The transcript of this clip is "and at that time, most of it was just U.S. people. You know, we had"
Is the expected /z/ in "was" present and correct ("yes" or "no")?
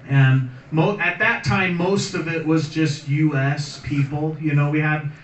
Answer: yes